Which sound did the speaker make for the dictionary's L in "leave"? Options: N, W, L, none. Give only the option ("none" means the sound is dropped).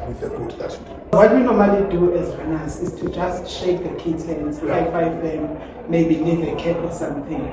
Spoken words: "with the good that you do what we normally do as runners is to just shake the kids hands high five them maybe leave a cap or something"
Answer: N